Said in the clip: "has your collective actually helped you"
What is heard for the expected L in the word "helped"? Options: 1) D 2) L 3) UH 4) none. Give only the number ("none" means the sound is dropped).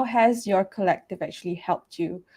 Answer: 2